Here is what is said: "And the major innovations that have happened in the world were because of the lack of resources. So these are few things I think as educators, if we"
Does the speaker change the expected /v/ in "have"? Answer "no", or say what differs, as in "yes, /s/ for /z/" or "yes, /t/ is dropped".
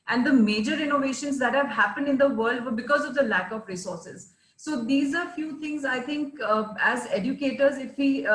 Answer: no